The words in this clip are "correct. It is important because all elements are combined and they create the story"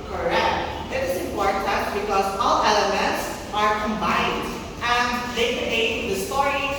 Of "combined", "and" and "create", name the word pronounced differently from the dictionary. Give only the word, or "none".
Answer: create